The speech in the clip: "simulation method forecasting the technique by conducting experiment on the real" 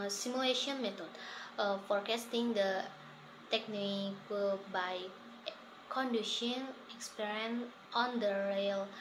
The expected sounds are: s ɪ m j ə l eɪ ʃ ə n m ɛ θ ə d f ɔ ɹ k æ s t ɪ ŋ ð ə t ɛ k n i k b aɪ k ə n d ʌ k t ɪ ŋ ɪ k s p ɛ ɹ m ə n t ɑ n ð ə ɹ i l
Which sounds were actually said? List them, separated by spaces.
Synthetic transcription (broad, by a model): s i m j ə l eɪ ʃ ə n m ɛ t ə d f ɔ ɹ k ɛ s t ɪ ŋ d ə t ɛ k n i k b aɪ k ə n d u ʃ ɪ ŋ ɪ k s p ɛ ɹ ə n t ɑ n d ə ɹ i l